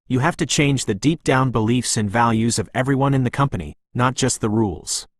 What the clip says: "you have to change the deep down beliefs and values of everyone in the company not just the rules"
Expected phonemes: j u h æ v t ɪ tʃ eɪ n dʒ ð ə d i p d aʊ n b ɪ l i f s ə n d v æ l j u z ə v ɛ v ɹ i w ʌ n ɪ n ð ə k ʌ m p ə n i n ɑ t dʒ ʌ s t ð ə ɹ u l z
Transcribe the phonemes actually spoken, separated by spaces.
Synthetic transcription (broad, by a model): j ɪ h æ f t ɪ tʃ eɪ n dʒ ð ə d i p d aʊ n b ɪ l i f s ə n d v æ l j u z ə v ɛ v ɹ i w ʌ n ɪ n ð ə k ʌ m p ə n i n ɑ t dʒ ʌ s t ð ə ɹ u l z